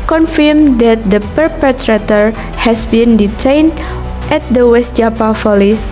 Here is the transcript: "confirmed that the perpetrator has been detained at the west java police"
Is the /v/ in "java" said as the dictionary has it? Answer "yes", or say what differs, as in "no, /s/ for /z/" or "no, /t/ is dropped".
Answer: no, /p/ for /v/